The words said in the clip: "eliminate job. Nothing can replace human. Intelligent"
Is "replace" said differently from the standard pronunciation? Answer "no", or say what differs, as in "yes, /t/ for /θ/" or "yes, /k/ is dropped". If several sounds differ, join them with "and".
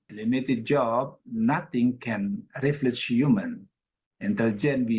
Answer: yes, /f/ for /p/